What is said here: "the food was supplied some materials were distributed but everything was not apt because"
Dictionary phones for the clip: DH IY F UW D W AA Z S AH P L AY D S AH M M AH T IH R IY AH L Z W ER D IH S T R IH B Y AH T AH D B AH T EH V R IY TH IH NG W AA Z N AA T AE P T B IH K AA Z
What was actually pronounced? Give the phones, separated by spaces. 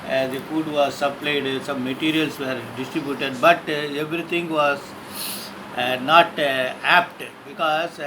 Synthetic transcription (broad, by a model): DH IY F UW D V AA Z S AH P L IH D S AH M M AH T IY R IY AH L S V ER D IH S T R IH B Y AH T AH D B AH T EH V R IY T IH NG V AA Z N AA T AE P T B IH K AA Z